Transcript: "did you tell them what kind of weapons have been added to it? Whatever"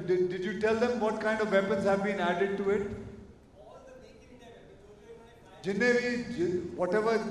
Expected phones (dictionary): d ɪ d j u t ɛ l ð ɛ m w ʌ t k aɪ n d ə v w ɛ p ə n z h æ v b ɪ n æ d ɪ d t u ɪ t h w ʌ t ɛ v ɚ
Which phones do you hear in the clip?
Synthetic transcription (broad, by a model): d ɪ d j u t ɛ l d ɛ m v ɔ t k aɪ n d ə v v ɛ p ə n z h æ v b ɪ n æ d ɪ d t u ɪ t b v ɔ t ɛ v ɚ